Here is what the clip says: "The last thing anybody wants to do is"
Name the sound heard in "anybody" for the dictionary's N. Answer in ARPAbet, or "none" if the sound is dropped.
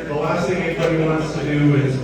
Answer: none